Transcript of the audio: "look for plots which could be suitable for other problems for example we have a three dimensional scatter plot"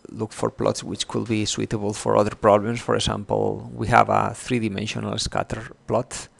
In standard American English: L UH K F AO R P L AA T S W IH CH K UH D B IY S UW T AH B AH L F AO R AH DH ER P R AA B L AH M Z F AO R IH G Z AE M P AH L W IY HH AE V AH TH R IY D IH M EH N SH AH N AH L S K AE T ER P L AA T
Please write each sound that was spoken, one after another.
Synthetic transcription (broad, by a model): L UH K F AO R P L AA T S W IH CH K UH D B IY S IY T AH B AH L F AO R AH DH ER P R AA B L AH M S F AO R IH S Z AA M P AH L W IY HH AE V AH TH R IY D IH M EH N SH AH N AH L S K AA T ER P L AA T